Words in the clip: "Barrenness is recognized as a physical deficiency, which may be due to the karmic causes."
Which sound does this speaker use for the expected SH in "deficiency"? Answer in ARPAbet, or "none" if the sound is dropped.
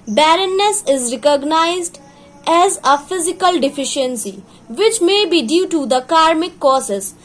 SH